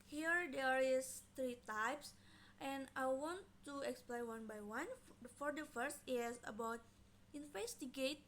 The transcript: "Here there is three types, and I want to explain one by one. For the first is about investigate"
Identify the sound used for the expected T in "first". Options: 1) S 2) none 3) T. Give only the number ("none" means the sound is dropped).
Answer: 3